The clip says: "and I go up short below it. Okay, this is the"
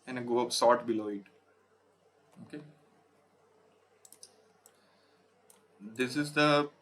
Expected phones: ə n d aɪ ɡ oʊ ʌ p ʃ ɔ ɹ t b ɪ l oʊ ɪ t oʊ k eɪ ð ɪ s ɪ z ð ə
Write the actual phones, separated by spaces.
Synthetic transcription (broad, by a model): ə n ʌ ɡ oʊ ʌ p s ɔ t b ɪ l oʊ ɪ t oʊ k eɪ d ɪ s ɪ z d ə